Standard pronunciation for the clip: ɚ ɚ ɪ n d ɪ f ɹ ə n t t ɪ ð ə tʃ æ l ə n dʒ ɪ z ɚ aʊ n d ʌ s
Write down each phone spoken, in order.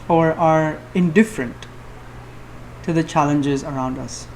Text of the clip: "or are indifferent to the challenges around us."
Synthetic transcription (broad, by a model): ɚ ɚ ɪ n d ɪ f ɹ ə n t t ɪ ð ə tʃ æ l ə n dʒ ɪ z ɚ aʊ n d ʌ s